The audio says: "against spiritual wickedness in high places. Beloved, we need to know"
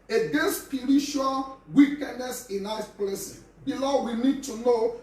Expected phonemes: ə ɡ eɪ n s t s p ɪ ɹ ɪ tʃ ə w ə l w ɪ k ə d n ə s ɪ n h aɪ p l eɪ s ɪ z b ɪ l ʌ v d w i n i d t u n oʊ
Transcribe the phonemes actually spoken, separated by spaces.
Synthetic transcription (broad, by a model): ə ɡ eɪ n s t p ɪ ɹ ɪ ʃ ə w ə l w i k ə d n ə s ɪ n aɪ p l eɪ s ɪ b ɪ l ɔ w i n i d t u n oʊ